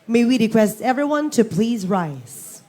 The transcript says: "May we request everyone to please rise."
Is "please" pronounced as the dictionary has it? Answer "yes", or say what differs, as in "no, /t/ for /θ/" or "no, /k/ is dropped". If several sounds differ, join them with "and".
yes